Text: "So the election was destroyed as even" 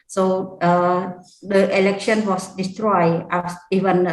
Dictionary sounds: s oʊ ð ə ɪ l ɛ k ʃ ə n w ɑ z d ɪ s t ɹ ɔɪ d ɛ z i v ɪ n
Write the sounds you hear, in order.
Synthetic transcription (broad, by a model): s oʊ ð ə ɪ l ɛ k ʃ ə n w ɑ s d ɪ s t ɹ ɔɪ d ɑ s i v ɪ n